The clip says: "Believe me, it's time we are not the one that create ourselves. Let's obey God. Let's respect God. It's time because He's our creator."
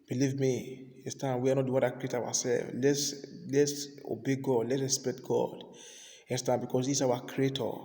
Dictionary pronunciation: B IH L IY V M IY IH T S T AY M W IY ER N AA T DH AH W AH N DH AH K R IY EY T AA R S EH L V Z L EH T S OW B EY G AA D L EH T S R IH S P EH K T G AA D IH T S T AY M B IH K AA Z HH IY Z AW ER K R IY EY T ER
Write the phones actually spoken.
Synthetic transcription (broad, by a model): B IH L IY V M IY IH S T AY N W IY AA N AA T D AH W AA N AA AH K R IY EY T AA W S EH L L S L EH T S OW B EY G AA D L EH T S R IH S P EH K T G AA D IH S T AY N B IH K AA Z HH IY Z AW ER K R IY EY T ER